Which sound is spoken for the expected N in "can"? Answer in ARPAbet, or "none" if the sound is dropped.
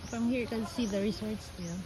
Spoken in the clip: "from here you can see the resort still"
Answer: L